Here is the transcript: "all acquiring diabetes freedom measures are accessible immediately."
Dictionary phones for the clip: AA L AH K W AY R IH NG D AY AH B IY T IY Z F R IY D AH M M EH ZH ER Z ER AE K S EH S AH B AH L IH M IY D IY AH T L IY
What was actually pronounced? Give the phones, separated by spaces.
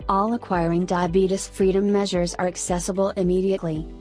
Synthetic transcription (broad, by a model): AA L AH K W AY R IH NG D AY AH B IY T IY S F R IY D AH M M EH ZH ER Z ER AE K S EH S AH B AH L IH M IY D IY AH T L IY